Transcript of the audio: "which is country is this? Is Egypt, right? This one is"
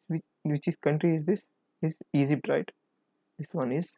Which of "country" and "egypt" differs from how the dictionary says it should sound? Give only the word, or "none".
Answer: egypt